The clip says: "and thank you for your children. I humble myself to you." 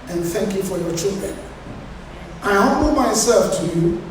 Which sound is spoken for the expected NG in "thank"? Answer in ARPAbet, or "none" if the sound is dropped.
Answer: NG